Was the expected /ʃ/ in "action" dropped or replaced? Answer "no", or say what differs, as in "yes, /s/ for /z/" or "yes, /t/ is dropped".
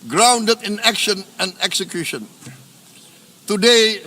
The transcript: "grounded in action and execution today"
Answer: no